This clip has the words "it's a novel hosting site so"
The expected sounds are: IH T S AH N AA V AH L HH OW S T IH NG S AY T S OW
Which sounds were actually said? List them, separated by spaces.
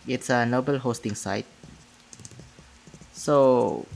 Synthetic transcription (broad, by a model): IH T S AH N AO B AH L HH OW S T IH NG S AY T S OW